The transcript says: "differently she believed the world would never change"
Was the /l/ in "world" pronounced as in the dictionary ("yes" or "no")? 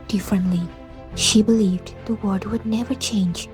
no